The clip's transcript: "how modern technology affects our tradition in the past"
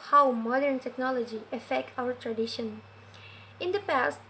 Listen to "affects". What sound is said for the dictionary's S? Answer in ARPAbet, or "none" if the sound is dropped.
none